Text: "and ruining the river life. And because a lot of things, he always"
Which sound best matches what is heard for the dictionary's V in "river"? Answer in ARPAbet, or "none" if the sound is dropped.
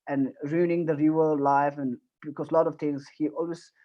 none